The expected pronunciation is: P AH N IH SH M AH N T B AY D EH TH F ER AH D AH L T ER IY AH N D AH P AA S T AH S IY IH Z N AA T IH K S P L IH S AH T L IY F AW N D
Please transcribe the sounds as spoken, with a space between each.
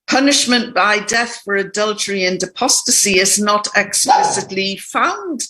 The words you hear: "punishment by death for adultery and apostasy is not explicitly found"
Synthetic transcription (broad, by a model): P AH N IH SH M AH N B AY D EH TH F ER AH D AH L T ER IY AH N D AH P AA S T AH S IY IH Z N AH T IH K S P L IH S AH T L IY F AW N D